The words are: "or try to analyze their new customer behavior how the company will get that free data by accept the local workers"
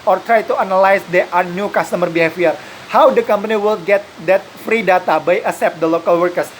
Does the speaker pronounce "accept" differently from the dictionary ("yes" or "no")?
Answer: yes